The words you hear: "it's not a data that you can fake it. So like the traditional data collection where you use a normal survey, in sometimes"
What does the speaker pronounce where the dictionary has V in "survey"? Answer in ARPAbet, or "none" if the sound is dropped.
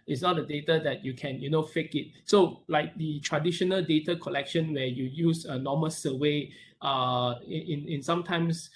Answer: W